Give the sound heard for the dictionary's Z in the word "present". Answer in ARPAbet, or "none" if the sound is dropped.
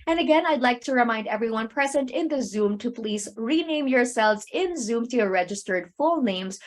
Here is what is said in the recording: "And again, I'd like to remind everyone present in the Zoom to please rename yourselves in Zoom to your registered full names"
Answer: Z